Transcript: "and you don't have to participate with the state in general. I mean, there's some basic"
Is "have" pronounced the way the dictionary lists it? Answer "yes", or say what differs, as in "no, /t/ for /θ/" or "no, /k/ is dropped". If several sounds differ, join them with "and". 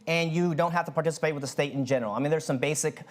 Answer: no, /f/ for /v/